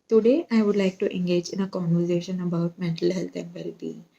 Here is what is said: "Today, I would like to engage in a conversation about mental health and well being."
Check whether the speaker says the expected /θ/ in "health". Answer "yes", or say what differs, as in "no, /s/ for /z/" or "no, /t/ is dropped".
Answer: no, /t/ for /θ/